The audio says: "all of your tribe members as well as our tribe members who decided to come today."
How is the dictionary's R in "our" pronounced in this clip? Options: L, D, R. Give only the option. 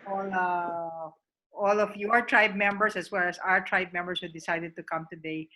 R